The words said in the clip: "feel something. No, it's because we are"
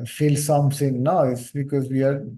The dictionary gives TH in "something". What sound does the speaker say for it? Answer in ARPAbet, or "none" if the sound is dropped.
S